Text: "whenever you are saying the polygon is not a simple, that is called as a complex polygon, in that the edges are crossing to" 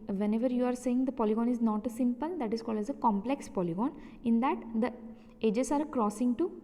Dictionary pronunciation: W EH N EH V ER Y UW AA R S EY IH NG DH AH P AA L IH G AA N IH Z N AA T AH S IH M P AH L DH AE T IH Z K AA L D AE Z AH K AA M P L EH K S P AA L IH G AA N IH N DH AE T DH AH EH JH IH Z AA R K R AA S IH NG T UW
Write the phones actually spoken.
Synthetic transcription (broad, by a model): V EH N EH V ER Y UW AA R S EY IH NG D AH P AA L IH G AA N IH Z N AA T AH S IH M P AH L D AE T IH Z K AA L D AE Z AH K AA M P L EH K S P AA L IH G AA N IH N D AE T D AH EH JH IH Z AA R K R AA S IH NG T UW